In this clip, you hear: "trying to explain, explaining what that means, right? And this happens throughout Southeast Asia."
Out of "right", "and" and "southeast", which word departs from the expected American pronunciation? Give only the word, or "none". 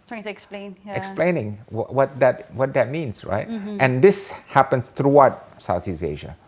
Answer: southeast